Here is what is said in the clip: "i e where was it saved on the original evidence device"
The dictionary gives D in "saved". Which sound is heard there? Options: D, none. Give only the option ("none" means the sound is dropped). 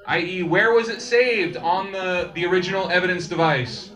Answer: D